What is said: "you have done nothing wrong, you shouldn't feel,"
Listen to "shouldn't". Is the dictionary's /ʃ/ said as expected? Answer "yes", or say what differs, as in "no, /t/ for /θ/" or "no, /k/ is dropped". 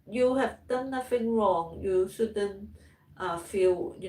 no, /s/ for /ʃ/